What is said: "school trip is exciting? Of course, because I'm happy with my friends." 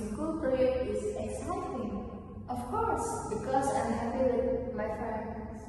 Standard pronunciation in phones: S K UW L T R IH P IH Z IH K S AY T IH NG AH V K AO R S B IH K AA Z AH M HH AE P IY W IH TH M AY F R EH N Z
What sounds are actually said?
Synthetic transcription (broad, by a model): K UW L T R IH IH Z IH K S AY T IH NG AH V K AO R S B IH K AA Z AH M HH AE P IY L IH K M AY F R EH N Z